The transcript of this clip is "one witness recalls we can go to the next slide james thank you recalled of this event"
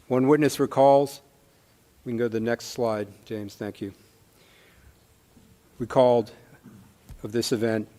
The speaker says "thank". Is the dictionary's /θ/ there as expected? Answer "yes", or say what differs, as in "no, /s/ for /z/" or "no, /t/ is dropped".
yes